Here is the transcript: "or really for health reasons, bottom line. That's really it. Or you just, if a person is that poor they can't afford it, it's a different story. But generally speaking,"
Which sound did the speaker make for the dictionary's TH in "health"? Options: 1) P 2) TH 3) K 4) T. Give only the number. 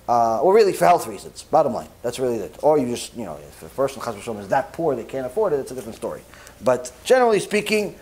2